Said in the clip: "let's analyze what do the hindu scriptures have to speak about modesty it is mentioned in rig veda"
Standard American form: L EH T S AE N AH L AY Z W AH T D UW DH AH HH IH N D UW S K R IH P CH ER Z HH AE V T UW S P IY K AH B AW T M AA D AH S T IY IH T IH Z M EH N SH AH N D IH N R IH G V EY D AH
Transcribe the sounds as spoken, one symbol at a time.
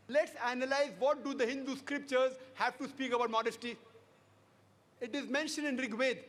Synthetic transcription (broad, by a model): L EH T S AE N AH L AY Z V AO T D UW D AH HH IH N D UW S K R IH P CH ER Z HH AE V T UW S P IY K AH B AW T M AA D AH S T IY IH T IH Z M EH N SH AH N D IH N R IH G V EY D